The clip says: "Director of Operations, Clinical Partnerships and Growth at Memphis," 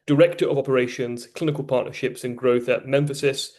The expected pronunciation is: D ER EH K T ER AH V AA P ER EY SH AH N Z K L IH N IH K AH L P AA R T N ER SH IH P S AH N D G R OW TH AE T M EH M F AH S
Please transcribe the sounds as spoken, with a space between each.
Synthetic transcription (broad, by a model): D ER EH K T ER AH V AA P ER EY SH AH N Z K L IH N IH K AH L P AA T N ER SH IH P S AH N G R OW TH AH M EH M F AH S